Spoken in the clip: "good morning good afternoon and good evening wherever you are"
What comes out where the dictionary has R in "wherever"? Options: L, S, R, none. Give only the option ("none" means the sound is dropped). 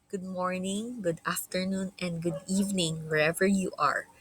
R